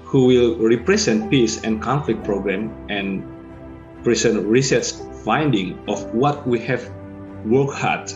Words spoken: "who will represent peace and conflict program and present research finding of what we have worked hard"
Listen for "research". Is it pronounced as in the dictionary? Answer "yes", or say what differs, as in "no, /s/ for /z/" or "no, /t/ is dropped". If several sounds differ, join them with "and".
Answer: no, /s/ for /tʃ/